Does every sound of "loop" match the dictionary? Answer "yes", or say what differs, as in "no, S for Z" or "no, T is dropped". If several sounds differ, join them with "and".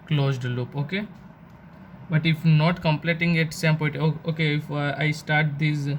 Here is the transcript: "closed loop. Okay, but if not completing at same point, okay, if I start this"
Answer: yes